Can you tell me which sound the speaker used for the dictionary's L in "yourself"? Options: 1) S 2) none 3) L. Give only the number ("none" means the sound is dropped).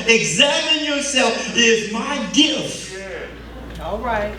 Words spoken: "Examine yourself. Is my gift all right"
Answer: 3